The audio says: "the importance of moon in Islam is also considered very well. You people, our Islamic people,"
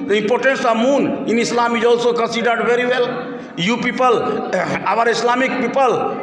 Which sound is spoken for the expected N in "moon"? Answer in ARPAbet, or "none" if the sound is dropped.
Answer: N